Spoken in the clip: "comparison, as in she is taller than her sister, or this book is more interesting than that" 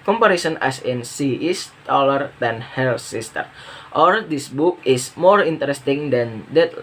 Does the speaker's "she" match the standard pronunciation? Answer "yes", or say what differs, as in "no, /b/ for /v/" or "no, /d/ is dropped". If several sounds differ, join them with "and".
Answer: no, /s/ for /ʃ/